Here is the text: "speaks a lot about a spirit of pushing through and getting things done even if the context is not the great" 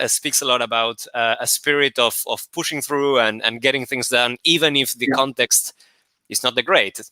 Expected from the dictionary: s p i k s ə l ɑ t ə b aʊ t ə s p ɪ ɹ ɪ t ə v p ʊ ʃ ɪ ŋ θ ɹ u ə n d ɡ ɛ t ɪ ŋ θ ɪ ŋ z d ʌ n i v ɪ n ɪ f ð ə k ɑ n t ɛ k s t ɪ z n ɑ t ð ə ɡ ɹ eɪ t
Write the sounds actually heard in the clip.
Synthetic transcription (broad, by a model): s p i k s ə l ɑ t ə b aʊ t ə s p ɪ ɹ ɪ t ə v p ʊ ʃ ɪ ŋ θ ɹ u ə n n ɡ ɛ t ɪ ŋ θ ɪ ŋ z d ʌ n i v ɪ n ɪ f ð ə k ɑ n t ɛ k s t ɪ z n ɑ t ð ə ɡ ɹ eɪ t